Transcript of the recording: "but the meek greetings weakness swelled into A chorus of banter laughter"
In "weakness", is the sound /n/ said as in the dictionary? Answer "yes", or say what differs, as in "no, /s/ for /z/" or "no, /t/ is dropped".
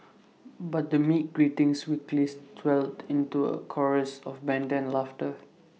no, /l/ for /n/